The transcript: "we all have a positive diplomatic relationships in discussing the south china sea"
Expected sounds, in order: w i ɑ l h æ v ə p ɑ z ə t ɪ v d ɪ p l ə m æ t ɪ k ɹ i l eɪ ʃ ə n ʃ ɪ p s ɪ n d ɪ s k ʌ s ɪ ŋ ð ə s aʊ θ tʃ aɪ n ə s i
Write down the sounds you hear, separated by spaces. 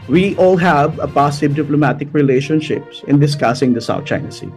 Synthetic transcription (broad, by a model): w i ɑ l h æ v ə p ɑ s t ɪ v d ɪ p l ə m æ t ɪ k ɹ i l eɪ ʃ ə n ʃ ɪ p s ɪ n d ɪ s k ʌ s ɪ ŋ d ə s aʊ t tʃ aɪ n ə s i